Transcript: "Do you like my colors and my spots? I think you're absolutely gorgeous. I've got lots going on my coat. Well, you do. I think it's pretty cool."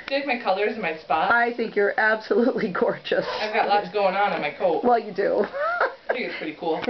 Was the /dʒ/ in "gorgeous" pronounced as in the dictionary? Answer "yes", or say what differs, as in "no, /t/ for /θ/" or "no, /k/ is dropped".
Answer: no, /tʃ/ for /dʒ/